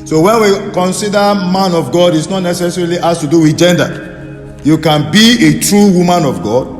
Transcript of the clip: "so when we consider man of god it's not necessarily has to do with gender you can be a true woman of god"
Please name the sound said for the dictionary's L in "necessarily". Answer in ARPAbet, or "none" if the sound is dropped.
L